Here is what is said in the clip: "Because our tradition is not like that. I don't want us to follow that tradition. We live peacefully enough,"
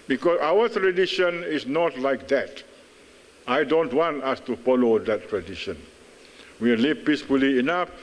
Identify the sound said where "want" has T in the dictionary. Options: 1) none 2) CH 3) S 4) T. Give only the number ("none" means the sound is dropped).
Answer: 4